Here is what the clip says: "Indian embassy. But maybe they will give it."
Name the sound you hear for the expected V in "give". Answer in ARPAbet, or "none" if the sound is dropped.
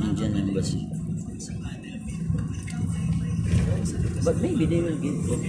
none